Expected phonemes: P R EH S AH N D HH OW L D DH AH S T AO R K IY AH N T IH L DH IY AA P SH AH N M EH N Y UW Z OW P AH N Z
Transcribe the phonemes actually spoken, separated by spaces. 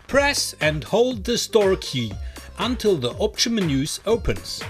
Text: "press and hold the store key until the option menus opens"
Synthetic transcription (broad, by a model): P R EH S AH N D HH OW L D DH AH S T AO R K IY AH N T IH L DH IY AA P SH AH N M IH N Y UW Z OW P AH N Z